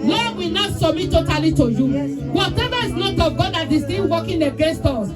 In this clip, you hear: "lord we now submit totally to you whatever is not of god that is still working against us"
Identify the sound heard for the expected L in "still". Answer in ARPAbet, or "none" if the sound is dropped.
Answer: N